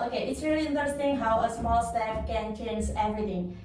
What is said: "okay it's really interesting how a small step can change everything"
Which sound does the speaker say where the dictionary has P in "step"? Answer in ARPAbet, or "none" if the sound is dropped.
F